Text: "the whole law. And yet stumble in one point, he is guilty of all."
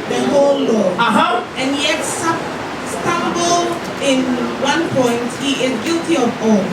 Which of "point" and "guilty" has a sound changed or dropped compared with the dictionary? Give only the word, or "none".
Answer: none